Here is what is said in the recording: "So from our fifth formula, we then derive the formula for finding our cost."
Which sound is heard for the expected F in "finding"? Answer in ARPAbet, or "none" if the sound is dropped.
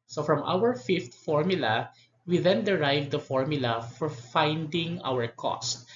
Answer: F